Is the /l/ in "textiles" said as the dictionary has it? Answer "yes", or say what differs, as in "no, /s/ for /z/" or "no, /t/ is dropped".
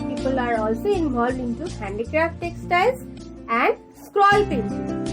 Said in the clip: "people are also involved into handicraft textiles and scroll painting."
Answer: no, /l/ is dropped